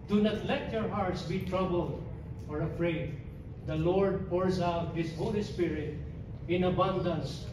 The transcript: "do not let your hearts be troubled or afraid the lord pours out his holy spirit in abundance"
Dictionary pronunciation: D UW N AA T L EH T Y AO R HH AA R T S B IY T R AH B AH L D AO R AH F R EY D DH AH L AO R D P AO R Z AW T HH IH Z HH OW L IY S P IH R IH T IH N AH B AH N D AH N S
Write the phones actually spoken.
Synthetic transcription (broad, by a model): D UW N AA T L EH T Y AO R HH AA R T S B IY T R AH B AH L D AO R AH F R EY D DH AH L AO R D P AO R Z AW T HH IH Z HH OW L IY S P IH R IH T IH N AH B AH N D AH N S